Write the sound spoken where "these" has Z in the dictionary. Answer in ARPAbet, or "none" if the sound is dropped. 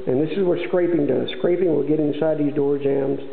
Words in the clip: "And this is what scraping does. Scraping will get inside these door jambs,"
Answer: Z